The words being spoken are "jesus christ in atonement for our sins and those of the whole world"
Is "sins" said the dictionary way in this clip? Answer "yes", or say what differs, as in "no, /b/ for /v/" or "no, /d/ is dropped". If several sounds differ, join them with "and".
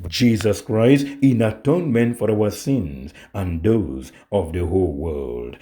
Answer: yes